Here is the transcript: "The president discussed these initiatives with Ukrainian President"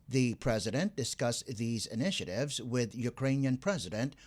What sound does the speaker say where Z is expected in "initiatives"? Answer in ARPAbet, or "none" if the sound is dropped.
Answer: Z